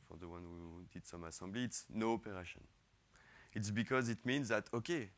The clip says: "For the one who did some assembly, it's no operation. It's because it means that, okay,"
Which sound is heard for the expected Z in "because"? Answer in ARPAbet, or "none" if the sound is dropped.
Z